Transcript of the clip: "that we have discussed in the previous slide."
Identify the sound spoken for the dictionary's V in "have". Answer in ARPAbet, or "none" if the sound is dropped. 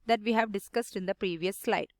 V